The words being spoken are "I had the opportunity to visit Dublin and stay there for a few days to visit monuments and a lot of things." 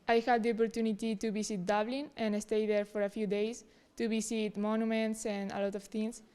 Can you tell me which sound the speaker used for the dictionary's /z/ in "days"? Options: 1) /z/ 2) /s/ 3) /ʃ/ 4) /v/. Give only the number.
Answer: 2